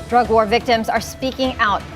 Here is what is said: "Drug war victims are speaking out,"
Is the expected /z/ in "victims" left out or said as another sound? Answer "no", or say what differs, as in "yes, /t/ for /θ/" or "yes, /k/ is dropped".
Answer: no